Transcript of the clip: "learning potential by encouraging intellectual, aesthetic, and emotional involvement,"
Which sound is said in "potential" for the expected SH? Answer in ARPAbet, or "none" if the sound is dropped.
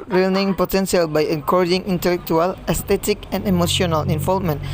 S